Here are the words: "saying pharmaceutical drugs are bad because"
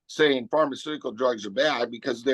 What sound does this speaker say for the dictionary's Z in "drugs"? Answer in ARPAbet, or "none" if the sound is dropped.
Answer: Z